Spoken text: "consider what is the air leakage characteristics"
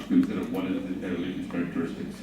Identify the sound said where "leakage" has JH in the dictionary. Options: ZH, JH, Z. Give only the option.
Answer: Z